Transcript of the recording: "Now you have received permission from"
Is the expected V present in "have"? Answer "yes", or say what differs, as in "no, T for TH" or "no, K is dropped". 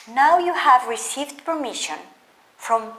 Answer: yes